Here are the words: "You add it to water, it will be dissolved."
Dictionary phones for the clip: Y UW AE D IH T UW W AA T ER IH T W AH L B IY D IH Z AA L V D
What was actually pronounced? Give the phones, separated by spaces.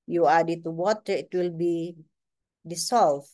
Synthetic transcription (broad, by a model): Y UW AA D IH T UW W AA T ER IH T W AH L B IY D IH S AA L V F